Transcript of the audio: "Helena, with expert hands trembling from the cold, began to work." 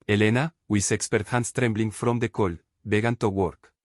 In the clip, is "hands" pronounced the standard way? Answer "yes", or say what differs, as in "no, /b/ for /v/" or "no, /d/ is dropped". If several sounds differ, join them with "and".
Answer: no, /s/ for /z/